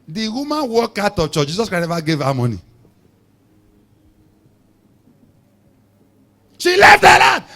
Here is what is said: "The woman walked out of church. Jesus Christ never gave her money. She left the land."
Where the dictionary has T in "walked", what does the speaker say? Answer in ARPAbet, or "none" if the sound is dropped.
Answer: none